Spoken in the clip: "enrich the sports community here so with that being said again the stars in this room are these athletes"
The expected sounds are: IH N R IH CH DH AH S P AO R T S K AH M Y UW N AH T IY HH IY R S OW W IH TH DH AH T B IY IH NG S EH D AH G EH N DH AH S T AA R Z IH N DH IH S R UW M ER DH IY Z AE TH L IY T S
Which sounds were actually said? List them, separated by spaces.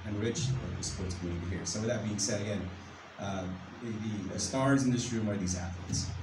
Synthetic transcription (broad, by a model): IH N R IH CH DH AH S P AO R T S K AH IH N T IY HH IY R S OW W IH DH AH T B IY IH NG S EH D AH G EH N DH AH S T AA R Z IH N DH IH S R UW M ER DH IY Z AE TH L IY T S